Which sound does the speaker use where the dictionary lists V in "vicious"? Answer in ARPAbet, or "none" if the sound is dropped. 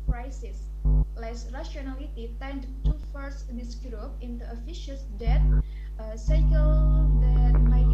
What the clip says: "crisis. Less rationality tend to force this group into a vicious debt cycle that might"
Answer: F